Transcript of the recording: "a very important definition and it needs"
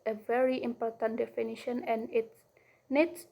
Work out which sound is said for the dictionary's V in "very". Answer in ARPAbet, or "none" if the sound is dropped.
V